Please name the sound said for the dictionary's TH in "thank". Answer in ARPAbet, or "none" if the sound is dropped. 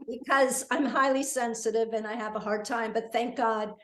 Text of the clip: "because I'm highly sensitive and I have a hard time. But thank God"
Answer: TH